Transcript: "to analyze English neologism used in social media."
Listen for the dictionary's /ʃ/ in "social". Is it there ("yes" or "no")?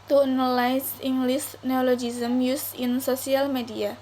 no